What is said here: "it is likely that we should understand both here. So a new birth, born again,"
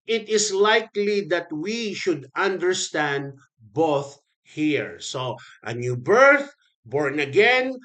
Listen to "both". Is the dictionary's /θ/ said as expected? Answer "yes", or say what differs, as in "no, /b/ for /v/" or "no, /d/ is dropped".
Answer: yes